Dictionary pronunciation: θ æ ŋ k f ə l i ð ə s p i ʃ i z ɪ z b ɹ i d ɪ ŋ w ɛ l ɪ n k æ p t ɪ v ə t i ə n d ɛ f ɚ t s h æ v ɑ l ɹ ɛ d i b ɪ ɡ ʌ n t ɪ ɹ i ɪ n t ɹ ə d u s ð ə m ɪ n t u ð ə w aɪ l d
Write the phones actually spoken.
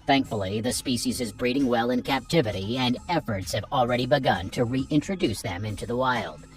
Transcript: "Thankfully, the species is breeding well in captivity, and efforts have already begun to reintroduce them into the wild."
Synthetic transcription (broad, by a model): θ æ ŋ k f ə l i ð ə s p i ʃ i z ɪ z b ɹ i d ɪ ŋ w ɛ l ɪ n k æ p t ɪ v ə t i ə n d ɛ f ɚ t s h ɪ v l ɹ ɛ d i b ɪ ɡ ʌ n t ɪ ɹ i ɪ n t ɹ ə d u s ð ə m ɪ n t u ð ə w aɪ l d